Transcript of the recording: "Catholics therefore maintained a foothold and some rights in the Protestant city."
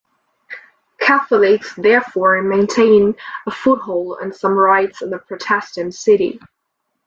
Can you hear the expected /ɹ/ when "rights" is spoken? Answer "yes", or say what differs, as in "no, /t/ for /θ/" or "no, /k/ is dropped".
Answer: yes